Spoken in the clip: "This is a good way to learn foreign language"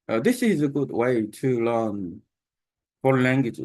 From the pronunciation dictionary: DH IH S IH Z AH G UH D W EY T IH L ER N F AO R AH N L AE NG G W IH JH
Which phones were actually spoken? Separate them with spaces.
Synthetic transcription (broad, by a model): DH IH S IH Z AH G UH D W EY T IH L ER N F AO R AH L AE NG G W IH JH